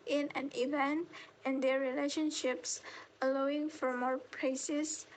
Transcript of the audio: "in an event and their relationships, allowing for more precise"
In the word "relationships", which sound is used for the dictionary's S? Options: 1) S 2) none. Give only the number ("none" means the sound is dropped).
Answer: 1